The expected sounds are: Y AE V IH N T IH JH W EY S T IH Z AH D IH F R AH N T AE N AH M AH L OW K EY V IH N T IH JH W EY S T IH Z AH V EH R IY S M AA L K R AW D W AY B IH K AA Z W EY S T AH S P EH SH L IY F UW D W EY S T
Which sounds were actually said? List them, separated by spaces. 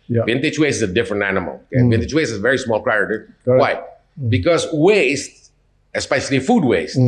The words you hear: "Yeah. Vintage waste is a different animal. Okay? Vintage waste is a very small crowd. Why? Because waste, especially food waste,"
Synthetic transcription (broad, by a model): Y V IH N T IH CH W EY S T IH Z AH D IH F R AH N T AE N AH M AH L OW K EY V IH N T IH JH W EY S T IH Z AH V EH R IY S M AA L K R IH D W AY B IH K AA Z W EY S T AH S P EH SH L IY F UW D W EY S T